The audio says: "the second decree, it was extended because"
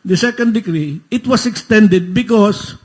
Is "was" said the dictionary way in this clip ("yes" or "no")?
no